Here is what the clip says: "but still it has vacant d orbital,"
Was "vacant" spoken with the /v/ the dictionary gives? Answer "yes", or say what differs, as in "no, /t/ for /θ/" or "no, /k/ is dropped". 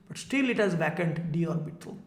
no, /b/ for /v/